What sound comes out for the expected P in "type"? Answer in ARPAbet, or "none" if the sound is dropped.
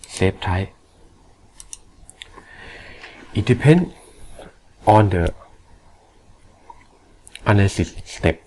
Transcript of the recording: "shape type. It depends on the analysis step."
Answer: none